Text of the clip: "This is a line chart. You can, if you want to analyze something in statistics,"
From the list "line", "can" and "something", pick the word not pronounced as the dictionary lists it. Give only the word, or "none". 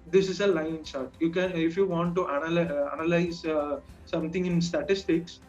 something